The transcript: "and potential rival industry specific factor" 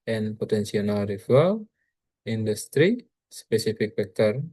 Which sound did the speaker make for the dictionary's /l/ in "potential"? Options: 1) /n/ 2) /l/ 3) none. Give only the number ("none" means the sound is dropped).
1